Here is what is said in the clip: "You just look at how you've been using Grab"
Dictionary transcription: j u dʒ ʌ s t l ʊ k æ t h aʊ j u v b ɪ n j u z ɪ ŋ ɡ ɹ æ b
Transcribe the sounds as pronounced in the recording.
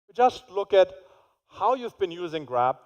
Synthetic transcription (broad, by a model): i dʒ ʌ s t l ʊ k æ t h aʊ j u v b ɪ n j u z ɪ ŋ ɡ ɹ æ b